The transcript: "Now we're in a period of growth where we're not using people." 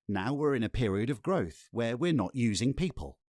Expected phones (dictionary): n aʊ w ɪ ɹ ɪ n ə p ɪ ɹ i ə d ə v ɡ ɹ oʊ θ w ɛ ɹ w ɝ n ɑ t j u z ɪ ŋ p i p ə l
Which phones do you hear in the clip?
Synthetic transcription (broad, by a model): n aʊ w ɪ ɹ ɪ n ə p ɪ ɹ i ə d ə v ɡ ɹ oʊ θ w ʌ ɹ w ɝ n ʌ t j u z ɪ ŋ p i p ə l